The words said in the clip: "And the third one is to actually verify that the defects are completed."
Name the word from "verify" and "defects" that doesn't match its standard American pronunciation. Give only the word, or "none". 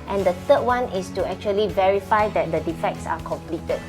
none